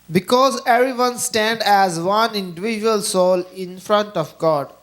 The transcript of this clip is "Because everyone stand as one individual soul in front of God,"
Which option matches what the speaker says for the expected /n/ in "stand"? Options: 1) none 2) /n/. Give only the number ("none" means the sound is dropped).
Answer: 2